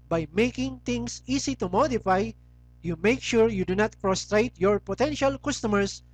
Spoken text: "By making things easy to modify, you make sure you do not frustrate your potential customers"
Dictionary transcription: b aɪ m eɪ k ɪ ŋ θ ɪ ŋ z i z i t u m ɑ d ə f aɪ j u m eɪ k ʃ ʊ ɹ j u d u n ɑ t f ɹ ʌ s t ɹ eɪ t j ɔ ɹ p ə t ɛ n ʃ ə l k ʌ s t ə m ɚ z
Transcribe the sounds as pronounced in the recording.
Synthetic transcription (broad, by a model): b aɪ m eɪ k ɪ ŋ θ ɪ ŋ s i s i t u m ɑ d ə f aɪ j u m eɪ k ʃ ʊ ɹ j u d u n ɑ t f ɹ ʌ s t ɹ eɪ t j ɔ ɹ p ə t ɛ n ʃ ə l k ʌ s t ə m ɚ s